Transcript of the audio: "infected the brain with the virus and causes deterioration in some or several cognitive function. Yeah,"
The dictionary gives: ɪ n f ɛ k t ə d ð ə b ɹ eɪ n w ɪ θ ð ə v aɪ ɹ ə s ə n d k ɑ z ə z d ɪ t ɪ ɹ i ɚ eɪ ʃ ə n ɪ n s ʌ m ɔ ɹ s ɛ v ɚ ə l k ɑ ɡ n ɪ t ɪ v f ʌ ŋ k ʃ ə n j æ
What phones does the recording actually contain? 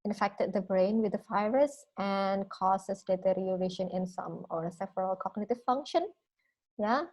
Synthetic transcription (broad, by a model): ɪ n f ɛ k t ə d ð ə b ɹ eɪ n w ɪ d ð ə f aɪ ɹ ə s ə n k ɑ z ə s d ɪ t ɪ ɹ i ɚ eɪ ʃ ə n ɪ n s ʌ m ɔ ɹ s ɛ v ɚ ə l k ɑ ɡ n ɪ t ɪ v f ʌ ŋ k ʃ ə n j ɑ